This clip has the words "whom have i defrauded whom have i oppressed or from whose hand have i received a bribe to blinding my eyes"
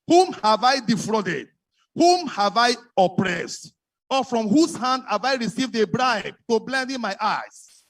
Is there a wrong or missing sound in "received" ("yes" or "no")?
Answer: no